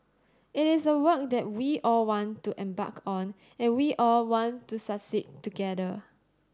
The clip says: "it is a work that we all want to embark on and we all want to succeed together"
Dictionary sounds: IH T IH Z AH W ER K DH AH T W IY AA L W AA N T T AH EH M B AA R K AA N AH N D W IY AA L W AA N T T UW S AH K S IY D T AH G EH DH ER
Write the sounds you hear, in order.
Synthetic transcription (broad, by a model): IH T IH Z AH W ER K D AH T W IY AA L W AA N T T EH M B AA K AA N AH N W IY AA L W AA N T T UW S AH S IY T T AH G EH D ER